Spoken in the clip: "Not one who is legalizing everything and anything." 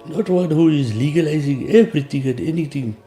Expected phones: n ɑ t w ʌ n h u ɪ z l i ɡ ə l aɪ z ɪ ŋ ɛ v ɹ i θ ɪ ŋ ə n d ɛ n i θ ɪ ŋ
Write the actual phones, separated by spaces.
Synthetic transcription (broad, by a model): n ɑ t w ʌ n h u ɪ z l i ɡ ə l aɪ z ɪ ŋ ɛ b ɹ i t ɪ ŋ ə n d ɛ n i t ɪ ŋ